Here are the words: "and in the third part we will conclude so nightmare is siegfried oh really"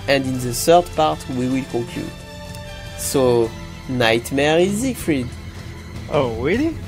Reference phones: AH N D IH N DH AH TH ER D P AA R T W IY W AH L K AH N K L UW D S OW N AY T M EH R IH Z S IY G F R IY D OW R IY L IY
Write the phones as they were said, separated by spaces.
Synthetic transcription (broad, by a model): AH N D IH N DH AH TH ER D P AA R T W IY W AH L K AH K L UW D S OW N AY T M EH R IH Z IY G F R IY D OW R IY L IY